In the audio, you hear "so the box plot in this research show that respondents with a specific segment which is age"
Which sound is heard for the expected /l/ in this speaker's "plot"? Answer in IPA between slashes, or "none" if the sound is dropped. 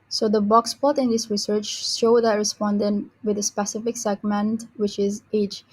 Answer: none